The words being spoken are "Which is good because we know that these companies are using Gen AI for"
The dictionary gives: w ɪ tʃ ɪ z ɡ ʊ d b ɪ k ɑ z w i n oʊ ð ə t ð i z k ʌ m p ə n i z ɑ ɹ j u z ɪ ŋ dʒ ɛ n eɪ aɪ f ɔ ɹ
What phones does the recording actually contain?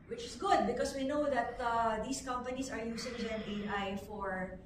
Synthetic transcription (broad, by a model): w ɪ tʃ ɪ s ɡ ʊ d b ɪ k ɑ s w i n oʊ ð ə t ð i s k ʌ m p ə n i s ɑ ɹ j u s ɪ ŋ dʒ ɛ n eɪ aɪ f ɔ ɹ